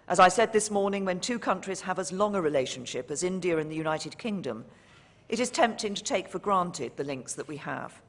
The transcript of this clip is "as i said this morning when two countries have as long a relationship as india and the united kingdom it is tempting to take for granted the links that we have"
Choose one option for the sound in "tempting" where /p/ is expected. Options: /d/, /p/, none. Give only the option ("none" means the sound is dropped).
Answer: /p/